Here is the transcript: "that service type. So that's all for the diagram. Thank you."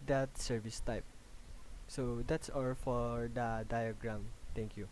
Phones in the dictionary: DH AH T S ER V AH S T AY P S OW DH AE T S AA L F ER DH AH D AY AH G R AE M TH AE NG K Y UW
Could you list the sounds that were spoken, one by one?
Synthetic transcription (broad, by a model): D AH T S ER V AH S T AY P S OW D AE T S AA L F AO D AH D AY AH G R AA M T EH NG K Y UW